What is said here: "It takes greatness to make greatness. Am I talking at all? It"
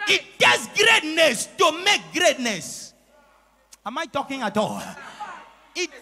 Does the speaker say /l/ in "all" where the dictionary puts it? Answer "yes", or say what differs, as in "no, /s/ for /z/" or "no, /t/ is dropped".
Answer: yes